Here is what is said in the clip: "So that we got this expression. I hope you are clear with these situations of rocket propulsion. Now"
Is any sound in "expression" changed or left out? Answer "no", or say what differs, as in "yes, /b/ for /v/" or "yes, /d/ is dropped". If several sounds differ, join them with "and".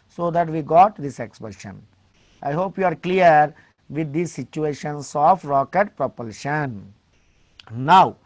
yes, /ɹ/ is dropped